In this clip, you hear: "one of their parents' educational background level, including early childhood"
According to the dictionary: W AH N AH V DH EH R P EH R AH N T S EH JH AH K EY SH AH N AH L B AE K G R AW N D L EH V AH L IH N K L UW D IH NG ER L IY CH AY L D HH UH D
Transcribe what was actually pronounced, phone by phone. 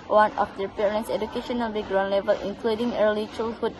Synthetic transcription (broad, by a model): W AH N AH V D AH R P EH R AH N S EH JH AH K EY SH AH N AH L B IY G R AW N L EH V AH L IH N K L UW D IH NG ER L IY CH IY L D HH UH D